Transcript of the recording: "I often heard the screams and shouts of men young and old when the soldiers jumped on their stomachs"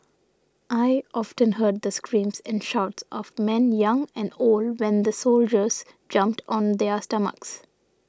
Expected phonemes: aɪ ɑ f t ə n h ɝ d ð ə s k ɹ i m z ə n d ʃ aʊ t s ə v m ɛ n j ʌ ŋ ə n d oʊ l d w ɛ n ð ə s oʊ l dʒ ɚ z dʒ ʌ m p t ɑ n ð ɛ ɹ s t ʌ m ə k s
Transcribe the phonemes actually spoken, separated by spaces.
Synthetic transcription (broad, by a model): aɪ ɑ f t ə n h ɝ d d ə s k ɹ i m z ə n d ʃ aʊ t s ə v m ɛ n j ʌ ŋ ə n d oʊ l d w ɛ n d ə s oʊ l dʒ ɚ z dʒ ʌ m p t ɑ n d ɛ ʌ s t ʌ m ə k s